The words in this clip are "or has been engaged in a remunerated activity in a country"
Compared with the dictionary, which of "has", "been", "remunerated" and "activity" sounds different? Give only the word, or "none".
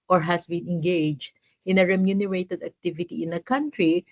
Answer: has